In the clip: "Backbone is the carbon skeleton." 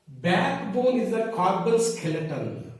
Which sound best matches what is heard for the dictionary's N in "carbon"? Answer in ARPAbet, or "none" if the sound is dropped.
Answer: L